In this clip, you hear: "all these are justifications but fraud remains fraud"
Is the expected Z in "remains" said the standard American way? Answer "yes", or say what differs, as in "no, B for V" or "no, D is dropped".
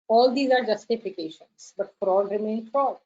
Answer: no, Z is dropped